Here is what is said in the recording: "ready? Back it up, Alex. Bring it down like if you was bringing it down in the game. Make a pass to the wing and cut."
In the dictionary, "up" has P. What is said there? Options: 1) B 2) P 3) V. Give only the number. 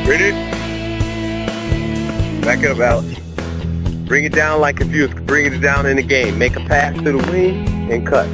1